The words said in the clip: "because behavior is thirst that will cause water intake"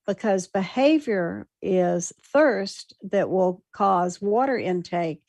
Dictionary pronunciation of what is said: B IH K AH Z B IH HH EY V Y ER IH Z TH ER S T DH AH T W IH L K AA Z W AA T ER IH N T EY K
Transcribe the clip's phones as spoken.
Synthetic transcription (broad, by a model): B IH K AH Z B IH HH EY V Y ER IH Z TH ER S T DH AH T W IH L K AA Z W AA T ER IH N T EY K